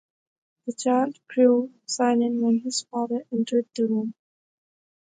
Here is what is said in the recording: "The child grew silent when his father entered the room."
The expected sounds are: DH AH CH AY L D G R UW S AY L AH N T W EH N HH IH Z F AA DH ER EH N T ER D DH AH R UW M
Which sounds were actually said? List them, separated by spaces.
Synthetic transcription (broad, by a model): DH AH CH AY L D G R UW S AY N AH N W EH N HH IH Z F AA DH ER EH N T ER D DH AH R UW M